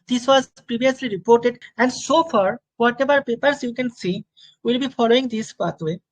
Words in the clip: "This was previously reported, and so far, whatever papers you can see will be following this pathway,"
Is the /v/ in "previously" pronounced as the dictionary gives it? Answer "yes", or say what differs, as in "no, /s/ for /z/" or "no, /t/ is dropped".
no, /b/ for /v/